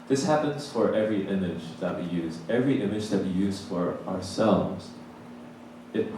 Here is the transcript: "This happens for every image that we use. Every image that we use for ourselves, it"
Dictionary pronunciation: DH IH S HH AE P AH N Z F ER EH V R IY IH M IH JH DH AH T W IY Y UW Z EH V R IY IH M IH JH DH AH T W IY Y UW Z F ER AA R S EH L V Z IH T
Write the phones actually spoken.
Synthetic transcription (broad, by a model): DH IH S HH AE P AH N Z F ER EH V R IY IH M IH JH DH AH T W IY Y UW Z EH V R IY IH M IH JH DH AH T W IY Y UW Z F ER AA R S EH L V Z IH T